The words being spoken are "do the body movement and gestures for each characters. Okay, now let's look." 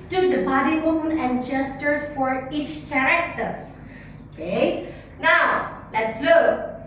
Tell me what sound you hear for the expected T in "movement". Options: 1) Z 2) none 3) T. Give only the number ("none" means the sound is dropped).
2